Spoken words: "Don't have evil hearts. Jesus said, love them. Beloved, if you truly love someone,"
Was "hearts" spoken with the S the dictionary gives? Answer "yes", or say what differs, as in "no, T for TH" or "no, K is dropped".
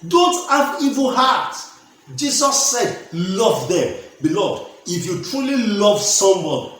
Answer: no, S is dropped